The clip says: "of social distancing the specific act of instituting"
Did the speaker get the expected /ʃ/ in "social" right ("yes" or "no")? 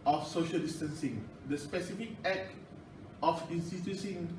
yes